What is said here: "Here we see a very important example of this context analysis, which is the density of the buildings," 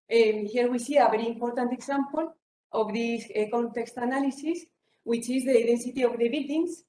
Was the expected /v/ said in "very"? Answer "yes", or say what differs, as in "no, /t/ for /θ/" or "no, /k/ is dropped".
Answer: no, /b/ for /v/